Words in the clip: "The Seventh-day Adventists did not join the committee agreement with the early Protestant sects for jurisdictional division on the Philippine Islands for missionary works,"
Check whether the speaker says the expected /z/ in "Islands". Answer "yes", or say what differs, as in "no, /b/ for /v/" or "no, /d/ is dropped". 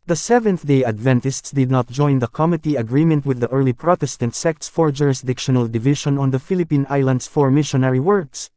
no, /s/ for /z/